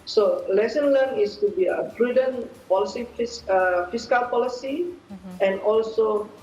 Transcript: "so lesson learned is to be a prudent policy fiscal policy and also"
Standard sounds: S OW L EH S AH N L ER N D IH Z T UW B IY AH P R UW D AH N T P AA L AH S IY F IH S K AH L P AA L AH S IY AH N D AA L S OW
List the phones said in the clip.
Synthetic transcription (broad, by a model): S OW L EH S AH N L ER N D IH S T UW B IY AH B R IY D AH N P AA L AH S IY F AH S K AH L P AA L AH S IY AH N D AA L S OW